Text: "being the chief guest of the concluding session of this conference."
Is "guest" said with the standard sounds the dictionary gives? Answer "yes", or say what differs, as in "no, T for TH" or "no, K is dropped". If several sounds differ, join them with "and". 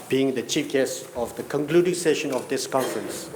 no, T is dropped